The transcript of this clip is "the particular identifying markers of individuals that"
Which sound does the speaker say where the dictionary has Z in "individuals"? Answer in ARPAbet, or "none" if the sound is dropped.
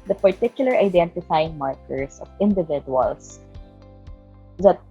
S